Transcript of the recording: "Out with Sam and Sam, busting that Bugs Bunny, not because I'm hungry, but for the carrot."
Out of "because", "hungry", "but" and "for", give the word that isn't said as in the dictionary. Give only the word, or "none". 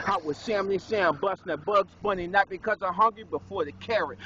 none